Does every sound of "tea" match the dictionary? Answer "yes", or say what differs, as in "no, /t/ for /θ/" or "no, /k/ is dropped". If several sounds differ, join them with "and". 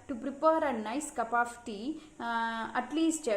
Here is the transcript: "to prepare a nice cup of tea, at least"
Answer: yes